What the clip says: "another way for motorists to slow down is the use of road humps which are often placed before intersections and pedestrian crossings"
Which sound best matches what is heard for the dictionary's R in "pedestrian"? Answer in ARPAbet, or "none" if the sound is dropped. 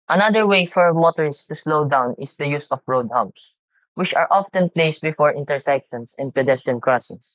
none